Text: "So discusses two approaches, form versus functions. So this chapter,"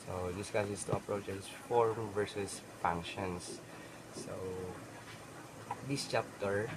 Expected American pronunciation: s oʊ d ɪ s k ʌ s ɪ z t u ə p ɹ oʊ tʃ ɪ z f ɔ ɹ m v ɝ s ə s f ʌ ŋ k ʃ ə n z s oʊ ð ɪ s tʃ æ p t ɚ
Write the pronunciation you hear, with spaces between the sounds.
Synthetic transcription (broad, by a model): s oʊ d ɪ s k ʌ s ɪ s t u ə p ɹ oʊ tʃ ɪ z f ɔ ɹ m v ɝ s ə s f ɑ ŋ k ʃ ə n s oʊ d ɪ s tʃ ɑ p t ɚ